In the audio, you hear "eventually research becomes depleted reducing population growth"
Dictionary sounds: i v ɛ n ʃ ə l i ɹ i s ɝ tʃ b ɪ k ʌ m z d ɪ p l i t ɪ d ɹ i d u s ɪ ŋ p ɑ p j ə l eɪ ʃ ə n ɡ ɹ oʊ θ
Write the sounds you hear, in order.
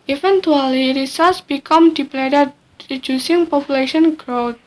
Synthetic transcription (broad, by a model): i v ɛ n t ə l i ɹ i s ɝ s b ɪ k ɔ m d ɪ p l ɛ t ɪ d ɹ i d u s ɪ ŋ p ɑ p j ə l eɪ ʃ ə n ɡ ɹ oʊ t